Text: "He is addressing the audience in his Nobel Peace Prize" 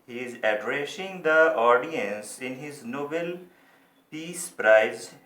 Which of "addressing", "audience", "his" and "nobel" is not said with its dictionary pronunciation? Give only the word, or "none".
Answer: none